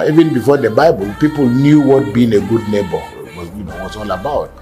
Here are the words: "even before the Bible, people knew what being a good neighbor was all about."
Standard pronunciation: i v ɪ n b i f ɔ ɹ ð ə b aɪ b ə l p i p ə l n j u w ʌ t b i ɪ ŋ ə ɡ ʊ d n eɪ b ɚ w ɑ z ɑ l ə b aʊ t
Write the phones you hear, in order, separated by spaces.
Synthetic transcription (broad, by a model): i v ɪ n b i f ɔ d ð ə b aɪ b ə l p i p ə l n j u w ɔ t b i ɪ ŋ ə ɡ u d n eɪ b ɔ w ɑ s ɑ l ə b aʊ t